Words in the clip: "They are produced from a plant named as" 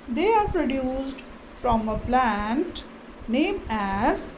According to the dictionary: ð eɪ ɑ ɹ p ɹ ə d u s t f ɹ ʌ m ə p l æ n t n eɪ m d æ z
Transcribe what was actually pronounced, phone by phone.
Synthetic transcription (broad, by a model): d eɪ ɑ ɹ p ɹ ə d u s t f ɹ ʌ m ə p l æ n t n eɪ m æ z